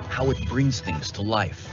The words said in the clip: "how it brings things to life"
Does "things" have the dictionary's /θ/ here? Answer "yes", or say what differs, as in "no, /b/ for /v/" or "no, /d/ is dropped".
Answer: yes